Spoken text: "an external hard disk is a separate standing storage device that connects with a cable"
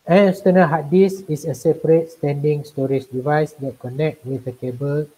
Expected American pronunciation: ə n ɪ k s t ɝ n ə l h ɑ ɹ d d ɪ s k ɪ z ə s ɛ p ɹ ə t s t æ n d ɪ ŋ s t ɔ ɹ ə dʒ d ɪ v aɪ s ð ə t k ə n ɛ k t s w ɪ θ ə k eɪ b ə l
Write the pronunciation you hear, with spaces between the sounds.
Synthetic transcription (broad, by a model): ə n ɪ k s t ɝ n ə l h ɑ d d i s ɪ s ə s ɛ p ɹ ə t s t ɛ n d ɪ ŋ s t ɔ ɹ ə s d ɪ v aɪ s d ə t k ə n ɛ k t w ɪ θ ə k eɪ b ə l